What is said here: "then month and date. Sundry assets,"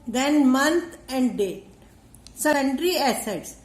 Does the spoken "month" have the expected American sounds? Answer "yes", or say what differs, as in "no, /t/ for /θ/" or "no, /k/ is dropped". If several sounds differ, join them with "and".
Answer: no, /t/ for /θ/